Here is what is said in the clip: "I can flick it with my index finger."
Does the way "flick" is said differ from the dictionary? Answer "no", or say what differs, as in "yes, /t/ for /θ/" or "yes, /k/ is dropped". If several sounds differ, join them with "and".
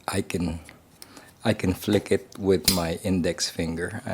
no